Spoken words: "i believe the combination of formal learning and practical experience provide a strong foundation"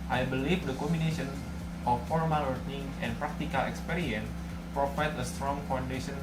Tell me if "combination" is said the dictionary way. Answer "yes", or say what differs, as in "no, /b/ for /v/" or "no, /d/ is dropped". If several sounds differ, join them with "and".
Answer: no, /b/ is dropped